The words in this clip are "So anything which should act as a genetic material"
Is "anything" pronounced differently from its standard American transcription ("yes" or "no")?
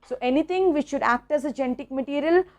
yes